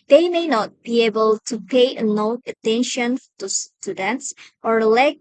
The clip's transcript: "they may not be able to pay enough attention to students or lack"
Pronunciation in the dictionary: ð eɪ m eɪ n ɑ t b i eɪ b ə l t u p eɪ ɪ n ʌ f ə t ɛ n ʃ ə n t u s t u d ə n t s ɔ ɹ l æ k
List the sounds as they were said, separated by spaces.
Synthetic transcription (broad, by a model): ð eɪ m eɪ n ɑ t b i eɪ b ə l t u p eɪ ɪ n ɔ ə t ɛ n ʃ ə n t u s t u d ə n t s ɔ ɹ l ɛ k